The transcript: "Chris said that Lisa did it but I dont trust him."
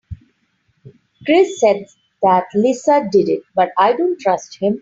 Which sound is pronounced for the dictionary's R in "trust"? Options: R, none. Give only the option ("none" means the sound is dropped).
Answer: R